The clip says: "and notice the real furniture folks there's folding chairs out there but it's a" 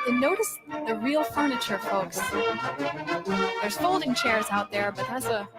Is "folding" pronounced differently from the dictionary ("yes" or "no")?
no